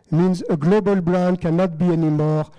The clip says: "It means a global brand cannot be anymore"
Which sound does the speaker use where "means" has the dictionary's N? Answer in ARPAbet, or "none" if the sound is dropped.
N